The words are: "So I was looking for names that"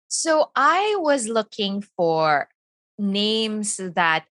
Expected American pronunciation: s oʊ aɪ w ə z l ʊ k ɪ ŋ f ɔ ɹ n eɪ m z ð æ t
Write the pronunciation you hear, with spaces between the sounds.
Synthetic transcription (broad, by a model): s oʊ aɪ w ə z l ʊ k ɪ ŋ f ɔ ɹ n eɪ m s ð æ t